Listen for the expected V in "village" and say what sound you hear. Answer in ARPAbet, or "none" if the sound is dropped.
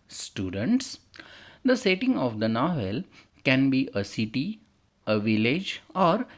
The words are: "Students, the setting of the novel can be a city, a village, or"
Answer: V